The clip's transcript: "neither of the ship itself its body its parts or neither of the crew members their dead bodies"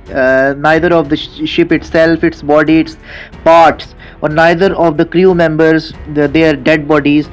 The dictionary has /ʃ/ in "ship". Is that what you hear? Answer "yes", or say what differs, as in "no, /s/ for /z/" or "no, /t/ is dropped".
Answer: yes